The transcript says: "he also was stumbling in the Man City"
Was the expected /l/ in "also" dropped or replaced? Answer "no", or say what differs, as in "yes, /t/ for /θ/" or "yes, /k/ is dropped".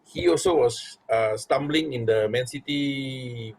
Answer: no